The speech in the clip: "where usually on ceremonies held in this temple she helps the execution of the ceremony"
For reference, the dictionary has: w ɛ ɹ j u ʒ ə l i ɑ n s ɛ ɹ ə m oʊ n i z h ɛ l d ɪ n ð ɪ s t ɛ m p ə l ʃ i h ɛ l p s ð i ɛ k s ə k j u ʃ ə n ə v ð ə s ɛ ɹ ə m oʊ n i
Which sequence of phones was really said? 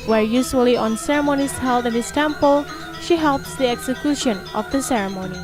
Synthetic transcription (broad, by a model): w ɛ ɹ j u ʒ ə l i ɑ n s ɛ ɹ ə m oʊ n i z h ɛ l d ɪ n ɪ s t ɛ m p ə l ʃ i h ɛ l p s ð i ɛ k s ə k j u ʃ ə n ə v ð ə s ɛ ɹ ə m oʊ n i